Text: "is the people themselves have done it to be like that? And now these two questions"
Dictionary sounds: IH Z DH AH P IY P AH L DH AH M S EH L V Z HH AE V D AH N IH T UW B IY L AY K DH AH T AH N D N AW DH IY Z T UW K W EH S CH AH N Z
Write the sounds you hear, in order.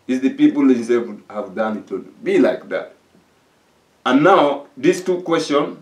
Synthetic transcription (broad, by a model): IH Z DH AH P IY P AH L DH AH S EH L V HH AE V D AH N IH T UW B IY L AY K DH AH T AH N N AW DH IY S T UW K W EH S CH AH N